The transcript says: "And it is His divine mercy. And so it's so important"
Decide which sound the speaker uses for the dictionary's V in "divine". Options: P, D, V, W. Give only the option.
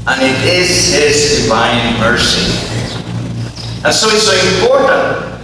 V